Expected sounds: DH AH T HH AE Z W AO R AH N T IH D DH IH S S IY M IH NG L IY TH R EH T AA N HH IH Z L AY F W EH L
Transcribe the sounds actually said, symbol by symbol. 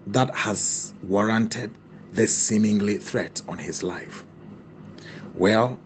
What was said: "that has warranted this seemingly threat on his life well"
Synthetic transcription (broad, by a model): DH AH T HH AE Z W AO R AH N T IH D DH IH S S IY M IH NG L IY TH R EH T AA N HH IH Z L AY F W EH L